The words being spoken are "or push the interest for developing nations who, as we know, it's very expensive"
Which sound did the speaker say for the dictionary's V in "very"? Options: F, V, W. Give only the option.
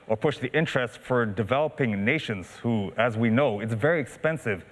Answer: V